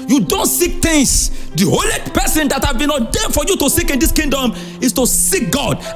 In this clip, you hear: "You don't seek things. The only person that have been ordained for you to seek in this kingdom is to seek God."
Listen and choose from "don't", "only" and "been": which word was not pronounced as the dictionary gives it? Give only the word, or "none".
only